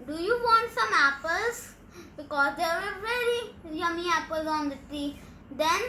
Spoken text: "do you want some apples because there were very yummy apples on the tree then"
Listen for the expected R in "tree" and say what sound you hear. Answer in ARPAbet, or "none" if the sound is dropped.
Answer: none